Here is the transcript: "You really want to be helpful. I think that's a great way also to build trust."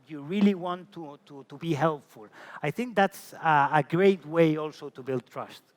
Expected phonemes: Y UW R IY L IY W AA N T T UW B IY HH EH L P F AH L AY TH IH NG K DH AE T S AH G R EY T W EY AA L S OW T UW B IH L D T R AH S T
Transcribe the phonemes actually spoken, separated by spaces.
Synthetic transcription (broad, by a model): Y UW R IY L IY W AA N T T UW B IY HH EH L P F AH L AY TH IH NG K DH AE T S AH G R EY T W EY AA L S OW T UW B IH L D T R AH S T